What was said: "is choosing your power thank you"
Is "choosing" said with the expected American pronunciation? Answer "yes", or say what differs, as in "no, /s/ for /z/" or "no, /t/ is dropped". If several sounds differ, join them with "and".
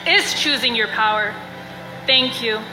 yes